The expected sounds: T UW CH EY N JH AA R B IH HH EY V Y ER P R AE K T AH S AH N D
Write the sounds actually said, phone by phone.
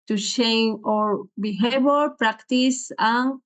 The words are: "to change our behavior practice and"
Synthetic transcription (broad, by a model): T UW SH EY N AA R B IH HH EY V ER P R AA K T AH S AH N